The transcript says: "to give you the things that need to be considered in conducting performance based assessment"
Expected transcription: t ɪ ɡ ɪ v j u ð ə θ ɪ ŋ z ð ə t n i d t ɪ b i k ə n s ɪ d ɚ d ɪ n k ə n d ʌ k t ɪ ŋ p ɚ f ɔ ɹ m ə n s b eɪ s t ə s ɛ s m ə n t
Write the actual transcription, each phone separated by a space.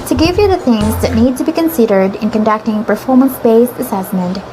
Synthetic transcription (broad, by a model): t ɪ ɡ ɪ v j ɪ ð ə θ ɪ ŋ z ð ə t n i d t ɪ b i k ə n s ɪ d ɚ d ɪ n k ə n d ʌ k t ɪ ŋ p ɚ f ɔ ɹ m ə n s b eɪ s ə s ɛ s m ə n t